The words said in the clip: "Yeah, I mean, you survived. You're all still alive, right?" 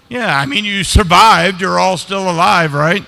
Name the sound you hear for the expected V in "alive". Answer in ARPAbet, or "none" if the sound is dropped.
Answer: V